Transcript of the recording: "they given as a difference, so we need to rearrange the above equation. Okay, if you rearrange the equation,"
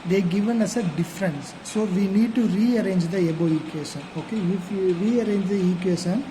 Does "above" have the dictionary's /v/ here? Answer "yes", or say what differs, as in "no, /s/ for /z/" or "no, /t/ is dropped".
no, /v/ is dropped